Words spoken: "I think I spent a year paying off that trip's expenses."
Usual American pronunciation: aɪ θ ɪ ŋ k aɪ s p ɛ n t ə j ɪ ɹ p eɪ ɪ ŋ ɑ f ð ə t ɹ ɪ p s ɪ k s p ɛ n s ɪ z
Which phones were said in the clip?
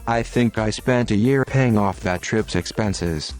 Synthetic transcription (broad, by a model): aɪ θ ɪ ŋ k aɪ s p ɛ n t ə j ɪ ɹ p eɪ ɪ ŋ ɑ f ð ə t ɹ ɪ p s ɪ k s p ɛ n s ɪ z